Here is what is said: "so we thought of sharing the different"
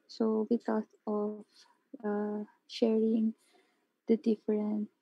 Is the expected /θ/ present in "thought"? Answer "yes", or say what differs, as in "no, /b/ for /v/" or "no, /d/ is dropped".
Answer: no, /t/ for /θ/